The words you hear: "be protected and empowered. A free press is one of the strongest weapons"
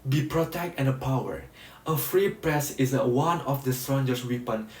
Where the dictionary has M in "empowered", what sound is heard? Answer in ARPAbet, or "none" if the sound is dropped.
none